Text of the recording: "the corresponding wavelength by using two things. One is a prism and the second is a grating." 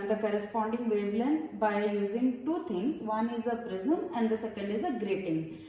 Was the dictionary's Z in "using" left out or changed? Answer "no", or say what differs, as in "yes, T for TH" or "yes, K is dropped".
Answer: no